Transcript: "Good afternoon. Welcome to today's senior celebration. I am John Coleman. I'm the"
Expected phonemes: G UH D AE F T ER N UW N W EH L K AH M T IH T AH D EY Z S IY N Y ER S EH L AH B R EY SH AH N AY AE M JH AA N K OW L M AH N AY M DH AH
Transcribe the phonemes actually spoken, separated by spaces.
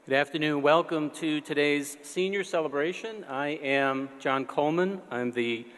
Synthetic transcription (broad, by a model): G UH D AE F T ER N UW N W EH L K AH M T IH T AH D EY Z S IY N Y ER S EH L AH B R EY SH AH N AY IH M JH AA N K OW L M AH N AY M DH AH